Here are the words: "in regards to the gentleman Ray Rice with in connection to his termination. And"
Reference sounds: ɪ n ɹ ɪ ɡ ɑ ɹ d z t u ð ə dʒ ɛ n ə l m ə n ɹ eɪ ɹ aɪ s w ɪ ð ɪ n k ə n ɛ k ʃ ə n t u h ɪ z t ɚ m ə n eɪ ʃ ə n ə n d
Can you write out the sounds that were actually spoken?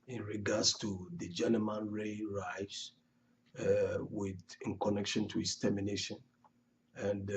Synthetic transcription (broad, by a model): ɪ n ɹ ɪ ɡ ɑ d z t u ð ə dʒ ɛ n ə m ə n ɹ eɪ ɹ aɪ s w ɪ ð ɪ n k ə n ɛ k ʃ ə n t u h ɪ s t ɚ m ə n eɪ ʃ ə n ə n d